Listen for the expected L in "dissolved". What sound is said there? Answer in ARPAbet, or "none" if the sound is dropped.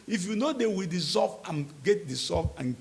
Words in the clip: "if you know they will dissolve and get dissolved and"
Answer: none